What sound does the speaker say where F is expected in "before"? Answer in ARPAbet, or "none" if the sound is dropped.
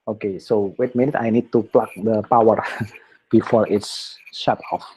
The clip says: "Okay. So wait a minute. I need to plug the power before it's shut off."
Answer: F